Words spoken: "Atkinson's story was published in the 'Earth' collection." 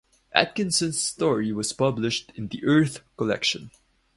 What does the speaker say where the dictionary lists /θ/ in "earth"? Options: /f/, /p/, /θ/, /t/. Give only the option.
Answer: /θ/